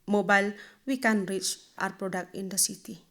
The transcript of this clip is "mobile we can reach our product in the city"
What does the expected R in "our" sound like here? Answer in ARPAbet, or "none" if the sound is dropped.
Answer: R